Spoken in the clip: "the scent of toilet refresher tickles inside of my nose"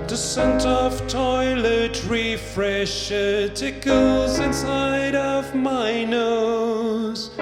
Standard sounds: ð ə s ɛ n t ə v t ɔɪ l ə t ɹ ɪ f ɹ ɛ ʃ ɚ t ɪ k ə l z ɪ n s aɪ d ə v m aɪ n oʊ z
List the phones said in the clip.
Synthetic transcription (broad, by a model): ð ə s ɛ n t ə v t ɔɪ l ə t ɹ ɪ f ɹ ɛ ʃ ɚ t ɪ k ə l z ɪ n s aɪ d ə v m aɪ n oʊ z